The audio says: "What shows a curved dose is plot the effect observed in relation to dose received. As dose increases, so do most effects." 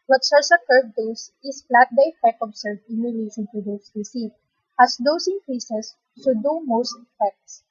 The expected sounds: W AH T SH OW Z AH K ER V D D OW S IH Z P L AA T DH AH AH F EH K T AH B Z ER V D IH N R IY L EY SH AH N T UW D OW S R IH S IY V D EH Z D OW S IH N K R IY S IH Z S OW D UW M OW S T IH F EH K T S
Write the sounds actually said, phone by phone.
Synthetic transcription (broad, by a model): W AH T S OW S AH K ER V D D OW S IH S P L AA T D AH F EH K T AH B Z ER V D IH N R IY L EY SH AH N T UW D OW S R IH S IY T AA S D OW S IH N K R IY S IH S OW D UW M OW S T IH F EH K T S